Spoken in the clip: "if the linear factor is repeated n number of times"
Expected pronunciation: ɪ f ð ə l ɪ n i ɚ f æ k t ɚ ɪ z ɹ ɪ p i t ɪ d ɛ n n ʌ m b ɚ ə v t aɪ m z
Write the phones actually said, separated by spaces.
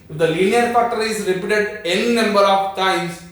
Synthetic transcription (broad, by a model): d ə l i n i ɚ p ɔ t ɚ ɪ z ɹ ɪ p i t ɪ d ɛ n n ʌ m b ɚ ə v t aɪ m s